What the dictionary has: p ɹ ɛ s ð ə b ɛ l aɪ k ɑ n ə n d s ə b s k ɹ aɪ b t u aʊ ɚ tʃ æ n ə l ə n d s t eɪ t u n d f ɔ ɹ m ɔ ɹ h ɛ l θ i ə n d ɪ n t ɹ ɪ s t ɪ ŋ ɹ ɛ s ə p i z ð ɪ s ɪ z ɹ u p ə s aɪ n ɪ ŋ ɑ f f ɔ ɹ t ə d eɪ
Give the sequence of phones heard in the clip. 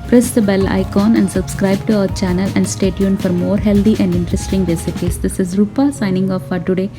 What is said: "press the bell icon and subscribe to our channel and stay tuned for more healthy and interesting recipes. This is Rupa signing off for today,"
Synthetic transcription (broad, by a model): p ɹ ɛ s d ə b ɛ l aɪ k ɑ n ə n d s ə b s k ɹ aɪ b t u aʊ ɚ tʃ æ n ə l ə n d s t eɪ t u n f ɔ ɹ m ɔ ɹ h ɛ l t i ə n d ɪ n t ɹ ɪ s t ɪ ŋ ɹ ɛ s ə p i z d ɪ s ɪ z ɹ u p ə s aɪ n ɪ ŋ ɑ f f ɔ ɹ t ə d eɪ